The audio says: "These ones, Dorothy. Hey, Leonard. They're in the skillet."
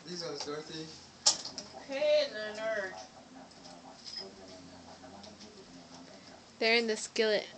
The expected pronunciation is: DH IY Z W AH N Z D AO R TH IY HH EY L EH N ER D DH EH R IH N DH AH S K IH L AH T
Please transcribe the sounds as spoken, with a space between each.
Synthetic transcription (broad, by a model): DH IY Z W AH Z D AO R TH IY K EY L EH N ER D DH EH R IH N DH AH S K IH L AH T